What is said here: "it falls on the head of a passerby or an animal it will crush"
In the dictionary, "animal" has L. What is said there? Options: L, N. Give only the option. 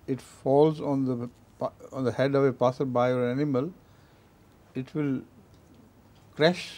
L